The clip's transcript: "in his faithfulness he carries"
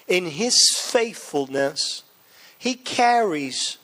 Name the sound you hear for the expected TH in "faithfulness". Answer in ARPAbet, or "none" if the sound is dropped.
TH